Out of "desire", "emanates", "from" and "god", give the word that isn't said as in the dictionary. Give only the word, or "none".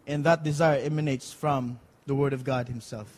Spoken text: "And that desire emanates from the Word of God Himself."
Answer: none